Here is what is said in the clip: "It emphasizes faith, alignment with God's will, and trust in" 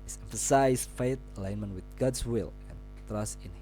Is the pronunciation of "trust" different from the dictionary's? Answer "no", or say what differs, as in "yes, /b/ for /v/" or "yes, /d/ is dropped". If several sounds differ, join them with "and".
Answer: no